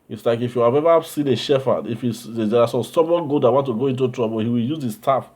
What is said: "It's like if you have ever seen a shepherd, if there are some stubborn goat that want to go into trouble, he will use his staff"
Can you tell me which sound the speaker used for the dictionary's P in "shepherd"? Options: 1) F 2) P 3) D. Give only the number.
1